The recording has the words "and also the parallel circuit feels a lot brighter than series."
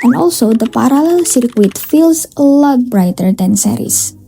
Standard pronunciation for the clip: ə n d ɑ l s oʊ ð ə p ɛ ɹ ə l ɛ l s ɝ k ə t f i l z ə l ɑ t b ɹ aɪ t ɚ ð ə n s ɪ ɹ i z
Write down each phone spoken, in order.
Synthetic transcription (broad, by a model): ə n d ɑ l s oʊ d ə p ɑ ɹ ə l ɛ l s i k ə t f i l s ə l ɑ t b ɹ aɪ t ɚ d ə n s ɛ ɹ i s